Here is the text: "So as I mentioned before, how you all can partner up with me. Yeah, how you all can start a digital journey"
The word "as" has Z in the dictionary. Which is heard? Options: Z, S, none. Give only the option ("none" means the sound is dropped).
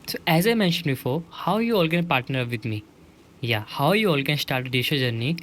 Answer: Z